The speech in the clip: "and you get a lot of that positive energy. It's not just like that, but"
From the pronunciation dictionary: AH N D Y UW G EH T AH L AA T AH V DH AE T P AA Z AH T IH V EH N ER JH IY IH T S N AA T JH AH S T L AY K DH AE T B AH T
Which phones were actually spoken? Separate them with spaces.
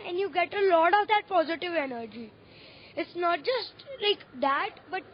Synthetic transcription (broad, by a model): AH N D Y UW G EH T AH L AA T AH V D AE T P AA Z AH T IH V EH N ER JH IY IH T S N AA T JH AH S T L AY K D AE T B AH T